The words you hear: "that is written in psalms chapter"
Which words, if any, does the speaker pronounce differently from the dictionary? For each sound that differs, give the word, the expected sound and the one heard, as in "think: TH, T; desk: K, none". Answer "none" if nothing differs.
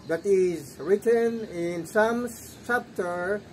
psalms: Z, S